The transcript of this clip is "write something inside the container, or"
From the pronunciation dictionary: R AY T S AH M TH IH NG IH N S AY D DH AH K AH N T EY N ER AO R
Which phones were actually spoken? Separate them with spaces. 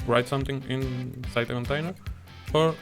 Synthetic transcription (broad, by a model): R AY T S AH M T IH NG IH N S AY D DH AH K AH N T EY N ER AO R